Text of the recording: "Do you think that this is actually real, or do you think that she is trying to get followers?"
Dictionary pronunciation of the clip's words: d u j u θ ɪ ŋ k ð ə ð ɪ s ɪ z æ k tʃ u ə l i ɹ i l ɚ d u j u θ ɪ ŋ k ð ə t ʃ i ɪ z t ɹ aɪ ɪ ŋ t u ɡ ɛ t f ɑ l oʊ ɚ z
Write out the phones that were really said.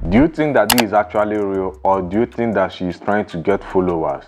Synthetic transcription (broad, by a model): d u j u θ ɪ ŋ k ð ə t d ɪ z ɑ k tʃ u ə l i ɹ i l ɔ d u j u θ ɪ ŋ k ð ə t ʃ i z t ɹ aɪ ɪ ŋ t u ɡ ɛ t f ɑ l oʊ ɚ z